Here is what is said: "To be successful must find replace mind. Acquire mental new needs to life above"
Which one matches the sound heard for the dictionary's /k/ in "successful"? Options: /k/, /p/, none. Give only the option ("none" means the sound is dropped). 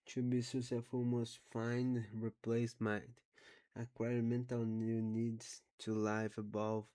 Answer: none